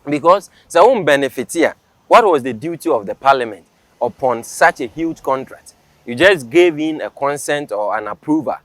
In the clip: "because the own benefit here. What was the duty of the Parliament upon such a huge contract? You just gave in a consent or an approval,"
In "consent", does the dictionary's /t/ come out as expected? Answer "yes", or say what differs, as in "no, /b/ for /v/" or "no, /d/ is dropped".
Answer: yes